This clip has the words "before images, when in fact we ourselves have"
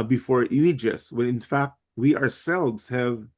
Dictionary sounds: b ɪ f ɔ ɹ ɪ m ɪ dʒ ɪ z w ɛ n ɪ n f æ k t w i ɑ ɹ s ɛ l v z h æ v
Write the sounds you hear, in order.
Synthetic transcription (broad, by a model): b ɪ f ɔ ɹ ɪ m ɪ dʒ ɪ s w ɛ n ɪ n f æ k t w i ɑ ɹ s ɛ l v z h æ v